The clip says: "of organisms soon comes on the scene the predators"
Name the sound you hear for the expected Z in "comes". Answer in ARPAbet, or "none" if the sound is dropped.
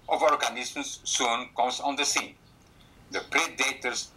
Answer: S